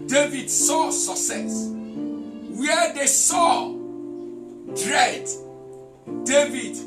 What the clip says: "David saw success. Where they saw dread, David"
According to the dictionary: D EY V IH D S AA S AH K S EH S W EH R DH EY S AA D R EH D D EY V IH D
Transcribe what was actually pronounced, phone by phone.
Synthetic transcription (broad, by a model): D EY V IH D S AA S AH K S EH S W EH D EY S AA D R EH D D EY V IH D